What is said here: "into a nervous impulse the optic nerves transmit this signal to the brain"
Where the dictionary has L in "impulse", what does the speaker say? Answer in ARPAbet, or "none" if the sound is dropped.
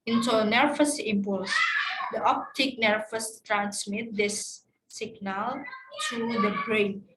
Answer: L